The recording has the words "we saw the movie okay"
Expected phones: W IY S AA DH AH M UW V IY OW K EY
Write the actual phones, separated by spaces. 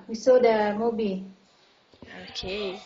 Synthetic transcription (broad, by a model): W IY S AA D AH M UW B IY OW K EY